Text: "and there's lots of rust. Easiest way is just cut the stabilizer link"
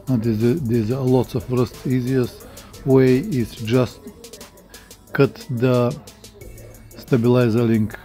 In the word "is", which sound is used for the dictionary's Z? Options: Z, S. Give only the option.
S